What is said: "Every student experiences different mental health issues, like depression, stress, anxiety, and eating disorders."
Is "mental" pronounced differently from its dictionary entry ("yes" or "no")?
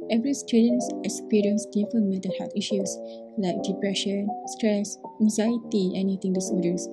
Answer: yes